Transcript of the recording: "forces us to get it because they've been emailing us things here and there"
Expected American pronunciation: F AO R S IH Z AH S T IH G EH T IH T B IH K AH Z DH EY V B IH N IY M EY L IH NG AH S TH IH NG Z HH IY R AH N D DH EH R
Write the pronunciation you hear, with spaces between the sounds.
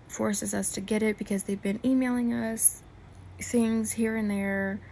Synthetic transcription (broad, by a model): F AO R S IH Z AH S T IH G EH T IH T B IH K AH Z DH EY V B IH N IY M EY L IH NG AH S TH IH NG Z HH IY R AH N DH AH R